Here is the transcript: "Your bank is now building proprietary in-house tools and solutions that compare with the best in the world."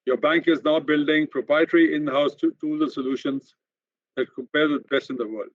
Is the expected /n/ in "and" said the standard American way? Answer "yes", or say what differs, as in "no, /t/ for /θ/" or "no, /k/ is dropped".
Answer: no, /l/ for /n/